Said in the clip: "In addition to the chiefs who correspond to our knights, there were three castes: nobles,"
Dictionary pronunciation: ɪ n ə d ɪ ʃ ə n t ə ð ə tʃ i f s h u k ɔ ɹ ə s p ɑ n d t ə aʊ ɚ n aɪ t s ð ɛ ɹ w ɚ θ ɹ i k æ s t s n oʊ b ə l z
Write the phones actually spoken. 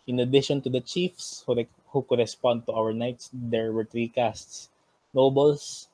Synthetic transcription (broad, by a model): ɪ n ə d ɪ ʃ ə n t ə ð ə tʃ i f s h u k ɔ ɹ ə s p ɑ n d t ə aʊ ɚ n aɪ t s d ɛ ɹ w ɚ t ɹ i k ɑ s t s n oʊ b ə l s